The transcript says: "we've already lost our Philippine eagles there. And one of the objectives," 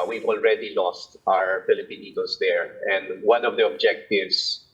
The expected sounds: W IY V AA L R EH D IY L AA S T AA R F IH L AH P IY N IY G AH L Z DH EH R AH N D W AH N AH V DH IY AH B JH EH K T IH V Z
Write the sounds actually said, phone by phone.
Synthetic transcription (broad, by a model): W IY V AA L R EH D IY L AA S T AA R F IH L AH P IY N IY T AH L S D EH R AH N D W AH N AH V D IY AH B JH EH K T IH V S